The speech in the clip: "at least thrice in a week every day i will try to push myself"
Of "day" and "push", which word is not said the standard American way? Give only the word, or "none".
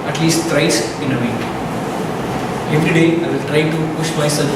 none